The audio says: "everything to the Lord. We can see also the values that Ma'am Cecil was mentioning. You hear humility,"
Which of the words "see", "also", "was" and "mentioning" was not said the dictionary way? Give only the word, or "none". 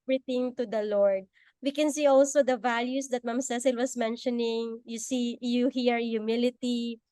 was